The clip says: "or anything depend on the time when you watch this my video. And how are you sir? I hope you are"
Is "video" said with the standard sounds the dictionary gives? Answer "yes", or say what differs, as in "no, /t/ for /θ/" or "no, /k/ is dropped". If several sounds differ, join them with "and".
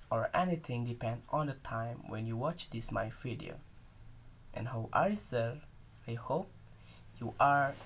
no, /f/ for /v/